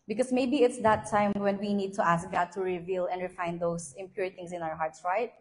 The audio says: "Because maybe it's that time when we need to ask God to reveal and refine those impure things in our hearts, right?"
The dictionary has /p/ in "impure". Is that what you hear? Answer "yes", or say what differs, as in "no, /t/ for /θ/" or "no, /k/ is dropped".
yes